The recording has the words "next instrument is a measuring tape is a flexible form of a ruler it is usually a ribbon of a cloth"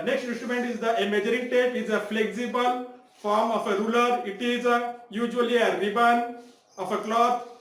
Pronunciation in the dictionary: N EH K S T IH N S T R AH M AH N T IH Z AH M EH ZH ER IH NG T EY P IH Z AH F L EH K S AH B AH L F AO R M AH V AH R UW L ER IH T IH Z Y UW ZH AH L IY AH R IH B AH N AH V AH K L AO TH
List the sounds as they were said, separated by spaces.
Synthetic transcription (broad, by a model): N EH K S T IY N S T R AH M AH N T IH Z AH M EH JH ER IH NG T EY P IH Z AH F L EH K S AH B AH L F AO R M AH F AH R UW L ER IH T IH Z Y UW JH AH L IY AH R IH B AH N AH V AH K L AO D